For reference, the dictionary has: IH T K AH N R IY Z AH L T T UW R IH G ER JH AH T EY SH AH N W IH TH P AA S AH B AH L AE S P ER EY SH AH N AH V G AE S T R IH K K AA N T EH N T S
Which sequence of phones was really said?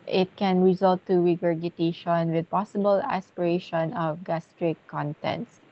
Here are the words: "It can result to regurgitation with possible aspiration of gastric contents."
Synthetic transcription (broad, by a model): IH T K AH N R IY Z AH L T T UW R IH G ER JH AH T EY SH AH N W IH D P AA S AH B AH L AE S P ER EY SH AH N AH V G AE S T R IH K K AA N T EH N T S